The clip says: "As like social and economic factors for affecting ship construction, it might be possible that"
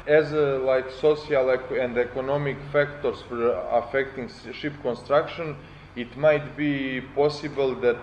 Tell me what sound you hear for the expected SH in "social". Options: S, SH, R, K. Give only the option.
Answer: S